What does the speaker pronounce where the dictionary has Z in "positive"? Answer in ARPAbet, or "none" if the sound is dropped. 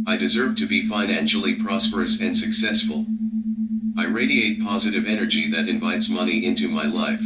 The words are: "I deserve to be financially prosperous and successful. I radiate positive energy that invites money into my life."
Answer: Z